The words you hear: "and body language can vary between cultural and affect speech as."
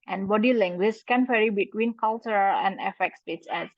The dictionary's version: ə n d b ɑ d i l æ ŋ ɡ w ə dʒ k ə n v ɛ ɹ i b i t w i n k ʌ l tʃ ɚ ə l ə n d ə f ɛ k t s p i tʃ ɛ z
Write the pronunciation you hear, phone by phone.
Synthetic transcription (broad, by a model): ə n b ɑ d i l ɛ ŋ ɡ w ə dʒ k ə n f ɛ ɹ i b i t w i n k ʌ l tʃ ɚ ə l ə n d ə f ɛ k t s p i s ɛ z